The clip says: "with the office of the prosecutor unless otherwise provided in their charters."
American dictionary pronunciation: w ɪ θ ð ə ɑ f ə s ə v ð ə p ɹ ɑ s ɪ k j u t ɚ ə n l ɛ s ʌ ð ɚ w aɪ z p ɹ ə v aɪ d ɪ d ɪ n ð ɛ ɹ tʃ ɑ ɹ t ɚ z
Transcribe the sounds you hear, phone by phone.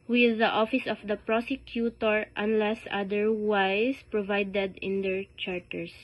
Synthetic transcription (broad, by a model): w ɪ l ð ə ɑ f ə s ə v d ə p ɹ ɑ s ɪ k j u t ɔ ə n l ɛ s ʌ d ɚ w aɪ s p ɹ ə v aɪ d ɪ d ɪ n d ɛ ɹ tʃ ɑ ɹ t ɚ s